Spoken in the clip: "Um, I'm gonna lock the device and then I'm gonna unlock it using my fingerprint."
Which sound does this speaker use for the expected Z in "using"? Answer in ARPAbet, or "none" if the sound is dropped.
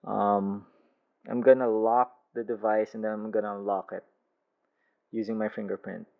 Z